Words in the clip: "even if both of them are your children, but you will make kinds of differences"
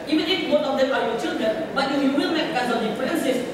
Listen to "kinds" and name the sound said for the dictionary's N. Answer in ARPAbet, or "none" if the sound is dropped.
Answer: none